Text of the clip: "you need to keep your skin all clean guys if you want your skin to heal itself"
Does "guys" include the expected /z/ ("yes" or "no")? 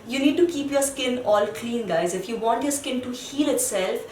yes